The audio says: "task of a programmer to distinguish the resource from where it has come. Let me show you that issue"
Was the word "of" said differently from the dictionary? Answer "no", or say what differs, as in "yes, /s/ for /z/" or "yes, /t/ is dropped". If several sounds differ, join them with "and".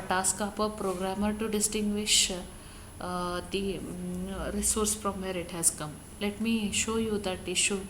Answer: yes, /p/ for /v/